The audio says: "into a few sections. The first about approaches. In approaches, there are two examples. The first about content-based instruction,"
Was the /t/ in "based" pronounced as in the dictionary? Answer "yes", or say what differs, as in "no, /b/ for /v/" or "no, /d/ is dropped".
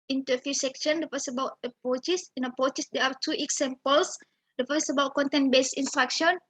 no, /t/ is dropped